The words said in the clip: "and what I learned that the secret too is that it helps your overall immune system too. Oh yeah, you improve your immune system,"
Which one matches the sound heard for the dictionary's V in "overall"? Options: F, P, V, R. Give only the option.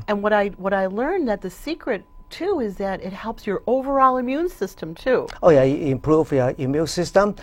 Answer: V